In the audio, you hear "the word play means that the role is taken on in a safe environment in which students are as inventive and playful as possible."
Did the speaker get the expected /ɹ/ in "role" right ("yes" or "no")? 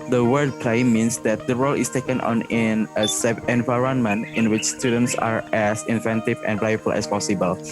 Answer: yes